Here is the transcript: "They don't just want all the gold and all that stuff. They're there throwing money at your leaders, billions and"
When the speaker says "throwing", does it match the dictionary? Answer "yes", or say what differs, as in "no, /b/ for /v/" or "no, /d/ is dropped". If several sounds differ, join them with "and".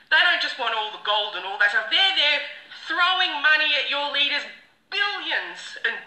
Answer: yes